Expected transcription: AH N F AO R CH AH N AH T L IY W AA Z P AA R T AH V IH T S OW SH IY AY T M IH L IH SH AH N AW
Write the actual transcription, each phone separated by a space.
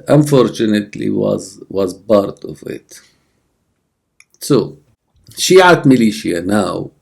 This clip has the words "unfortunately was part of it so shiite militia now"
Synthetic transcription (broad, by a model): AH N F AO R CH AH N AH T L IY W AA Z B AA R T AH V IH T S OW SH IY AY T M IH L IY SH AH N AW